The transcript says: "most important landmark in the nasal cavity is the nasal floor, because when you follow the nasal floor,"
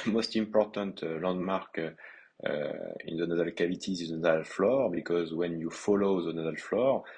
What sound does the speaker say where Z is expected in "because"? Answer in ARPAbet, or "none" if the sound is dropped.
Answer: Z